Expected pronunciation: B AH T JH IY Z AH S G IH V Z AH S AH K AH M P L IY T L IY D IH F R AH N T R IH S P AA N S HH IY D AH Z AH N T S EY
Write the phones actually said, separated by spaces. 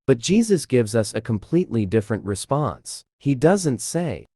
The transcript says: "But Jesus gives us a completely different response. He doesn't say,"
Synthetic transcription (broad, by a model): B AH T JH IY Z AH S G IH V Z AH S AH K AH M P L IY T L IY D IH F R AH N T R IH S P AA N S HH IY D AH Z AH N T S EY